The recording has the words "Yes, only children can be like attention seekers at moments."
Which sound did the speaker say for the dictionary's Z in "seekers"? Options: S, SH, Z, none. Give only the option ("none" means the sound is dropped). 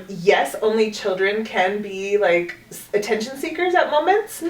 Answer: Z